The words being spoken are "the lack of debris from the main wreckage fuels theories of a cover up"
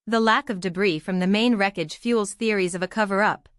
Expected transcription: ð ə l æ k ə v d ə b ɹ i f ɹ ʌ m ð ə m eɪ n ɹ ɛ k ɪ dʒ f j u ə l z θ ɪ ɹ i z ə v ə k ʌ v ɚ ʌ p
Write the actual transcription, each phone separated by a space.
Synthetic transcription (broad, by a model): ð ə l æ k ə v d ə b ɹ i f ɹ ʌ m ð ə m eɪ n ɹ ɛ k ɪ dʒ f j u l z θ ɪ ɹ i z ə v ə k ʌ v ɚ ʌ p